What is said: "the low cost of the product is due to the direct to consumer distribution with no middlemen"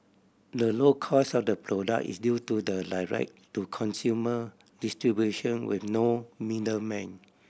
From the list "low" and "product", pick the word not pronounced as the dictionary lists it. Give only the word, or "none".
product